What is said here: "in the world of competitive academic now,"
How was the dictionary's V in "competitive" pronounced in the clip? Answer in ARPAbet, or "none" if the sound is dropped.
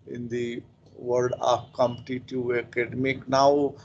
none